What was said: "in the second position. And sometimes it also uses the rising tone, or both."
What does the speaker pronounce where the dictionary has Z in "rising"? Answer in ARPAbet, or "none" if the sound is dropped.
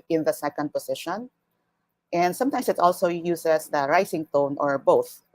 S